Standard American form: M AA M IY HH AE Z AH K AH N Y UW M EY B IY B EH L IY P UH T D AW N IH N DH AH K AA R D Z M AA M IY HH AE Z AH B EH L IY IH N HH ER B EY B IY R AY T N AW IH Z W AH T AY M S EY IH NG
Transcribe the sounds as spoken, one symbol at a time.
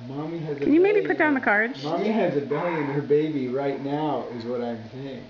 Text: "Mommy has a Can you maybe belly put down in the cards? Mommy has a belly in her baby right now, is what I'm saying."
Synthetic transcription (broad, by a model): M AA M IY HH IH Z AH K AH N Y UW M EY IY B IY P UH T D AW IH N DH AH K AA R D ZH M AA M IY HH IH Z AH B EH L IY IH N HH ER B EY B IY R AY T N AW IH Z W AH T AY M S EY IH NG